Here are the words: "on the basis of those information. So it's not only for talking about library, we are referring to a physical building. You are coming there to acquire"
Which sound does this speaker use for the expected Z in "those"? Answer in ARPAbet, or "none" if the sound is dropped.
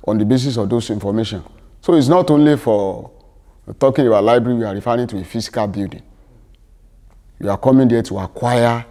S